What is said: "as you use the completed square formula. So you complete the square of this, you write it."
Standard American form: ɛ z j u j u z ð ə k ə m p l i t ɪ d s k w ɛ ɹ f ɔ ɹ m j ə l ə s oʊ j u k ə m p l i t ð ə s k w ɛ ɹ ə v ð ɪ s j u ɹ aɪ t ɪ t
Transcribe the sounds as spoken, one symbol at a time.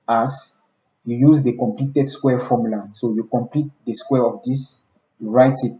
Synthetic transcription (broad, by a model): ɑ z j u j u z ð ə k ə m p l i t ɪ d s k w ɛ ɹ f ɔ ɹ m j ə l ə s oʊ j u k ə m p l i t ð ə s k w ɛ ɹ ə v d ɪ s j u ɹ aɪ t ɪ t